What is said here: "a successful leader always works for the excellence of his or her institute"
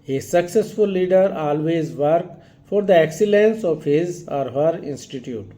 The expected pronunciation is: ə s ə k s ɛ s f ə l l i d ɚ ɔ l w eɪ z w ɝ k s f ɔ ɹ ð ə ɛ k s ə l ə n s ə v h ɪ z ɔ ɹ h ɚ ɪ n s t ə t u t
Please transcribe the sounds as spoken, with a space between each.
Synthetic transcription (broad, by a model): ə s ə k s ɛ s f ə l l i d ɚ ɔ l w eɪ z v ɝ k f ɔ ɹ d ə ɛ k s ə l ə n s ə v h ɪ z ɔ ɹ h ɚ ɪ n s t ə t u t